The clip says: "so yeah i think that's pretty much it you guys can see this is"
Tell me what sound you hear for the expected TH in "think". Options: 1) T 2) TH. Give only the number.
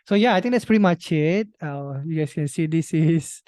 1